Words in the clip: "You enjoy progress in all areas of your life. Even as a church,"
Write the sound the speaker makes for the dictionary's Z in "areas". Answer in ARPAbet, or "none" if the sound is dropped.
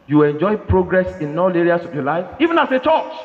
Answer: S